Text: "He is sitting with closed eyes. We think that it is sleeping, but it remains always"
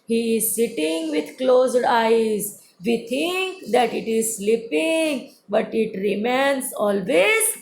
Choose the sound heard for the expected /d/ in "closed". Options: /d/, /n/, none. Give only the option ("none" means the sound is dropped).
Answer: /d/